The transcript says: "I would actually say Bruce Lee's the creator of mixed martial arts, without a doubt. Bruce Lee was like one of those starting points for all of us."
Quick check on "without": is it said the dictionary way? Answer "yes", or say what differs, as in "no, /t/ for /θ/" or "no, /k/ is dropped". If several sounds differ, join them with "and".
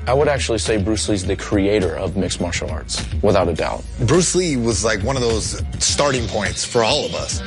yes